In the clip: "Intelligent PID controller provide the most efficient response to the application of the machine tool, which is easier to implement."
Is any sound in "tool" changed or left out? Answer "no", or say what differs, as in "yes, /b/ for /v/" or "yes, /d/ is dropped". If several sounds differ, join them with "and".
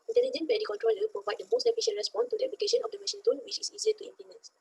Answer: yes, /n/ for /l/